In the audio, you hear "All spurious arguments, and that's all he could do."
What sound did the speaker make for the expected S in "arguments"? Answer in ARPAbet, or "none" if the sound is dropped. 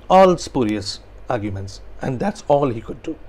S